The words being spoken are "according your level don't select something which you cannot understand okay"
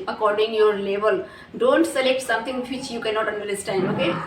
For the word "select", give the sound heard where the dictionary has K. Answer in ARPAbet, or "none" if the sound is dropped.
K